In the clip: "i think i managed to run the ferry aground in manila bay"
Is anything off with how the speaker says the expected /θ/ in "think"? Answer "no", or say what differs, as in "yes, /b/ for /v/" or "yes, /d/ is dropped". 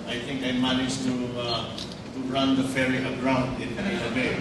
yes, /t/ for /θ/